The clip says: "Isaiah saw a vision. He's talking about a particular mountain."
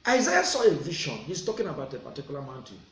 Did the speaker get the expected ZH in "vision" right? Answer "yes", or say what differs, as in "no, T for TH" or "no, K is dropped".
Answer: no, SH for ZH